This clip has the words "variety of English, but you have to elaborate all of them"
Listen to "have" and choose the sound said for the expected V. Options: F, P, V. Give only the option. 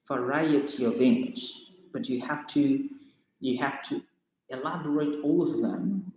F